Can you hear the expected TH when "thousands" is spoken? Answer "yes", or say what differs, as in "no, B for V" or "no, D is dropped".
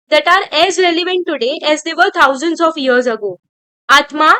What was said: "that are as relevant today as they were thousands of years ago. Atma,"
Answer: no, T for TH